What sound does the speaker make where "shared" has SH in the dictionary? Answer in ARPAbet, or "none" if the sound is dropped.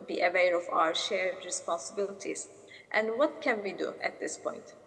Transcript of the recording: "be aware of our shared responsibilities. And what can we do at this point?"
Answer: SH